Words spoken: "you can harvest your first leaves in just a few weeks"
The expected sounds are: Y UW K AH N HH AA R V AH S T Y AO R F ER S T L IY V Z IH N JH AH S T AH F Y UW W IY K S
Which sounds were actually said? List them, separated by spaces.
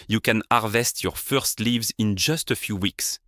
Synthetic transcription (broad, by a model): Y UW K AH N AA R V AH S T Y AO R F ER S T L IY V Z IH N JH AH S T AH F Y UW W IY K S